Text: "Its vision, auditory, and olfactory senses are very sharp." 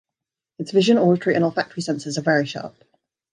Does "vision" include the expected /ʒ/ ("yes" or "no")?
yes